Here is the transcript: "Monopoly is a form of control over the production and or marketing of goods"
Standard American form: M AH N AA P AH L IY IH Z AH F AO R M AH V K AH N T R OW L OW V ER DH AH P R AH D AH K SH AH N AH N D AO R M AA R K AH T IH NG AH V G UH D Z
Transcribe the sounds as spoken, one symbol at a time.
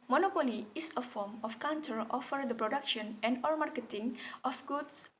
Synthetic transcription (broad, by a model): M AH N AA P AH L IY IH S AH F AO R M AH F K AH N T OW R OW F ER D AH P R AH D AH K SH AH N AH N D AO R M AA R K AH T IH NG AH F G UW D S